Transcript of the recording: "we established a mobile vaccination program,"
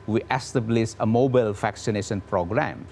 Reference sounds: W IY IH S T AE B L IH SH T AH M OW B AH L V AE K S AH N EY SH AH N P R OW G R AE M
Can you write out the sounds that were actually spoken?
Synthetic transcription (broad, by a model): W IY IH S T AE B L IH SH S AH M OW B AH L F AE K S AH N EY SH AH N P R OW G R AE M